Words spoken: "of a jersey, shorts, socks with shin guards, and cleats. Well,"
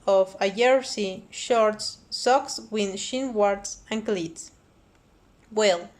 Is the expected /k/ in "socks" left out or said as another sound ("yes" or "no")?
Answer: no